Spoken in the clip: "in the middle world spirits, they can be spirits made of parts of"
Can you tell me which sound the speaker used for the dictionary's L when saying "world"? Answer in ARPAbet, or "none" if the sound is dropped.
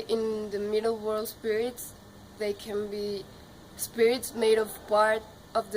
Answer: L